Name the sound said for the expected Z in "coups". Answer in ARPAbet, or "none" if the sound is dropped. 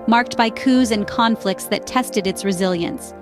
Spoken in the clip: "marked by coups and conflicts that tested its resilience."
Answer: Z